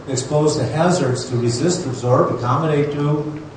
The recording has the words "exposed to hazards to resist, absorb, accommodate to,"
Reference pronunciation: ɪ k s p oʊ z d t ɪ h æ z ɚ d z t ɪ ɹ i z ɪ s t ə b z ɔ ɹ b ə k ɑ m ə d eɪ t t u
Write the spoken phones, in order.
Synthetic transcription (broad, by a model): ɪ k s p oʊ z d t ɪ h æ z ɚ d z t ɪ ɹ i z ɪ s t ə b z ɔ ɹ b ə k ɑ m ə d eɪ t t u